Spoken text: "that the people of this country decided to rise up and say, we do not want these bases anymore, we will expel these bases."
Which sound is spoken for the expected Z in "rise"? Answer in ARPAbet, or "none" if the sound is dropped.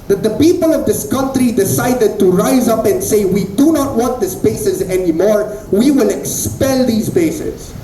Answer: Z